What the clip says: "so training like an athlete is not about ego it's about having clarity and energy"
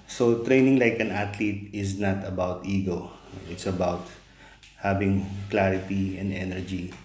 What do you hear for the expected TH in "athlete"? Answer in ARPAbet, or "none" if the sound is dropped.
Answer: T